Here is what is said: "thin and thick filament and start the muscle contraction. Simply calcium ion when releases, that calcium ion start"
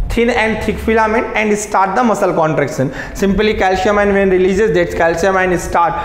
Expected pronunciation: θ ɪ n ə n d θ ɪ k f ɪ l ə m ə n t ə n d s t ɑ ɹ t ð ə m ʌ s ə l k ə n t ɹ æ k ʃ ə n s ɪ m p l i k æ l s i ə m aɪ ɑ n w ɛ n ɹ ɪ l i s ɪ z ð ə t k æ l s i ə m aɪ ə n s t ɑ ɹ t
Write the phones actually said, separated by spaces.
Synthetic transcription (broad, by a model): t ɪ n ə n d t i k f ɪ l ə m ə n ə n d s t ɑ ɹ t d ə m ʌ s ə l k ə n t ɹ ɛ k s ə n s ɪ m p l i k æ l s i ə m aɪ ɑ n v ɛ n ɹ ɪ l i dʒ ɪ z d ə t k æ l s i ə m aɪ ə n s t ɑ ɹ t